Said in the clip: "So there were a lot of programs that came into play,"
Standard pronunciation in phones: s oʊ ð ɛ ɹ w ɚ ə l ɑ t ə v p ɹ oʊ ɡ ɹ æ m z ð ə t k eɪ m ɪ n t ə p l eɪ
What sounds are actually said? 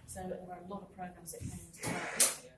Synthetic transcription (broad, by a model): s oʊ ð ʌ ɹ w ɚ ə l ɑ t ə v p ɹ oʊ ɡ ɹ æ m z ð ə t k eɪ ɪ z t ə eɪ